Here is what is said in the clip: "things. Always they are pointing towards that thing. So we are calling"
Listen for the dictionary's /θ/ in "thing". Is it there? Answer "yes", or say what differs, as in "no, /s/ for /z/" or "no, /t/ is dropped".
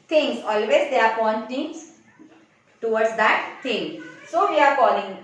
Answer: no, /t/ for /θ/